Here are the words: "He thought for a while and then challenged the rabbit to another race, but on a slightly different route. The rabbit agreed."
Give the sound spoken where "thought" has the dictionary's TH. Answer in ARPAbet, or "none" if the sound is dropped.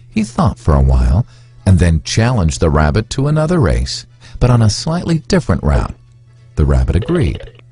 TH